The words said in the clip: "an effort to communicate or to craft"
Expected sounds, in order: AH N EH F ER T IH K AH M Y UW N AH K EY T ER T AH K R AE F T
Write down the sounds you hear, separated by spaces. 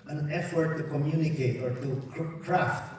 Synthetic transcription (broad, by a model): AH N EH F ER T IH K AH M Y UW N AH K EY T ER T AH K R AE F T